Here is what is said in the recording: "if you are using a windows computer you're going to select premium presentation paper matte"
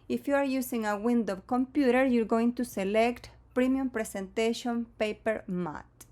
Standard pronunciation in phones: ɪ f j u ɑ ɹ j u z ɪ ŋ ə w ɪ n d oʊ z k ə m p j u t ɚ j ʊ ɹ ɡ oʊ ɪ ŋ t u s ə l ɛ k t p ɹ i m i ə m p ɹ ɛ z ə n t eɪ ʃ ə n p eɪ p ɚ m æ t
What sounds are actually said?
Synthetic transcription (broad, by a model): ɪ f j u ɑ ɹ j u s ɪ ŋ ə w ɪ n d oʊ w k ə m p j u t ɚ j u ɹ ɡ oʊ ɪ ŋ t u s ə l ɛ k t p ɹ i m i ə m p ɹ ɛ s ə n t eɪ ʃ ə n p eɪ p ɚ m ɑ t